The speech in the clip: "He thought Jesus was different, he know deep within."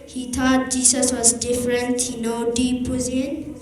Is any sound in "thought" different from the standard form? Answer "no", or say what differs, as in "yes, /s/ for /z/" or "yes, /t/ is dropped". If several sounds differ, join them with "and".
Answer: yes, /t/ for /θ/